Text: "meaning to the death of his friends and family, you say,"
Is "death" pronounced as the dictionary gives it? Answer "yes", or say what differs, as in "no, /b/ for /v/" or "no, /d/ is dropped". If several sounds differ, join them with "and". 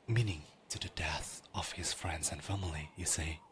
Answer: yes